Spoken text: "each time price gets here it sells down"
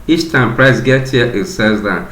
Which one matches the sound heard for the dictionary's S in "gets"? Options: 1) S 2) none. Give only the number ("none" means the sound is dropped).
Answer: 2